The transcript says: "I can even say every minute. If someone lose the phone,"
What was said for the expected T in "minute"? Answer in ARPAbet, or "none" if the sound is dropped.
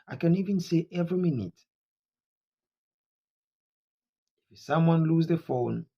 T